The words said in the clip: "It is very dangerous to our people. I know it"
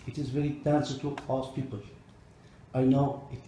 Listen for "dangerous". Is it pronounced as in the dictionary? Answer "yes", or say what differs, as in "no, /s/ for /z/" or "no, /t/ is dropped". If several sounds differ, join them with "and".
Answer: no, /s/ is dropped